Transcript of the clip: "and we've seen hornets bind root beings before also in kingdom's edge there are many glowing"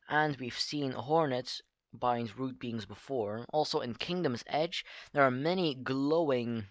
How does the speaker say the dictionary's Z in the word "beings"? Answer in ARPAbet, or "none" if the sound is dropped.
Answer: Z